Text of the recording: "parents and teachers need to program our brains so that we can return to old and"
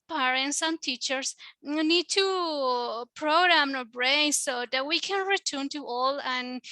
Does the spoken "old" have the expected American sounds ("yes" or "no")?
no